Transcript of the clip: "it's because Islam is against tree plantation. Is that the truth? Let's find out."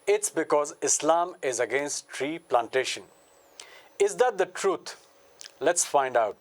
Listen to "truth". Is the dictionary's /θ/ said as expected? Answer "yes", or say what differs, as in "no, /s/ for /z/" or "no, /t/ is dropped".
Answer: no, /t/ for /θ/